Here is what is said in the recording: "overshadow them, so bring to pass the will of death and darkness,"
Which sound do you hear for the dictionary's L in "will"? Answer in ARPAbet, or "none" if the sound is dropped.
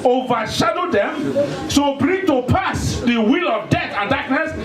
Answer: L